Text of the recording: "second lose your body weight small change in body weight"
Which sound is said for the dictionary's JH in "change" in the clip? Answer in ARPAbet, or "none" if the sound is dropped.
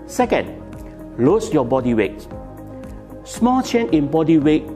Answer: none